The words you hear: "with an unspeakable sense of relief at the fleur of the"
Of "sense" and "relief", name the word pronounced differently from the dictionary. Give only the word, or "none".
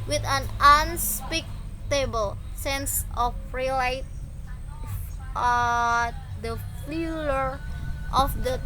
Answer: relief